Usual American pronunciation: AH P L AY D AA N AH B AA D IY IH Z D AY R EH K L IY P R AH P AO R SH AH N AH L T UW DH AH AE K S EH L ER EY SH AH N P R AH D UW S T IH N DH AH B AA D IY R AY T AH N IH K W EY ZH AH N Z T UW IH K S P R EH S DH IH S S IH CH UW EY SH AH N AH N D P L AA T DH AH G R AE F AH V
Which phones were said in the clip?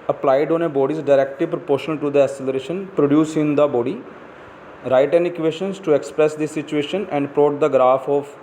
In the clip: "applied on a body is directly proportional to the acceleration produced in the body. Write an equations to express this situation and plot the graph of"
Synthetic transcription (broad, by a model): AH P L AY D AA N AH B AA D IY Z D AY R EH K L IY P R AH P AO R SH AH N AH L T UW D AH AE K S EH L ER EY SH AH N P R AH D UW S IH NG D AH B AA D IY R AY T AH N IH K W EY SH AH N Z T UW IH K S P R EH S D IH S S IH CH UW EY SH AH N AH N D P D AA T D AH G R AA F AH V